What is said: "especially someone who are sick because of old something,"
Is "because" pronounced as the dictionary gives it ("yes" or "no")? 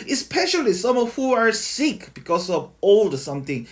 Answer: no